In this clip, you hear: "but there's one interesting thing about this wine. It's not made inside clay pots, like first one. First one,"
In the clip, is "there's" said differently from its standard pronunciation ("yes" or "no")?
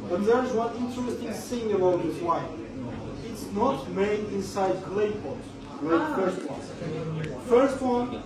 no